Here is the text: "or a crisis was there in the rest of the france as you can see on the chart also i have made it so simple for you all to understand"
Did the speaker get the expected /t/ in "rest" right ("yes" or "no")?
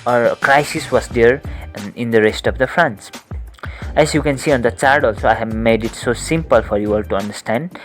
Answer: yes